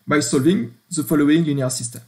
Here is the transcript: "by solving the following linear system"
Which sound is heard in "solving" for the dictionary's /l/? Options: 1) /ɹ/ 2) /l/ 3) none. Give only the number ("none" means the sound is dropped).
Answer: 2